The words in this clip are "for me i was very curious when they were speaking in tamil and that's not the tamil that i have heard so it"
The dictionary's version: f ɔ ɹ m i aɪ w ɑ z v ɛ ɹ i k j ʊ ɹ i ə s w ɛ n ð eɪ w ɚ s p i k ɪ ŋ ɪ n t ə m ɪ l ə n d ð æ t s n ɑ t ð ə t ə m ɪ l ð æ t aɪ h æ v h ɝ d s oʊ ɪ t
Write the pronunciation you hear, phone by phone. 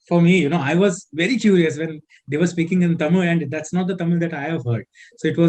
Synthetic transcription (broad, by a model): f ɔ ɹ m i aɪ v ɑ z v ɛ ɹ i k j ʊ ɹ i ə s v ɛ n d eɪ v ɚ s p i k ɪ ŋ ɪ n t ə m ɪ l ə n d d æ t s n ɑ t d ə t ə m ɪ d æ t aɪ h æ v h ɝ d s oʊ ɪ t